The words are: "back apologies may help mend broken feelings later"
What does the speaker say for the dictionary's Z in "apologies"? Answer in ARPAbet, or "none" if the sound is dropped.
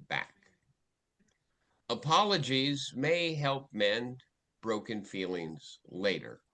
Z